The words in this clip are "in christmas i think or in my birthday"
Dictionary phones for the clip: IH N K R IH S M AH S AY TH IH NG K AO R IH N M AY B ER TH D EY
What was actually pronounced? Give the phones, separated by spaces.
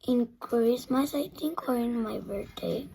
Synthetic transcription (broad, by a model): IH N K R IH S M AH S AY T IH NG K AO R IH N M AY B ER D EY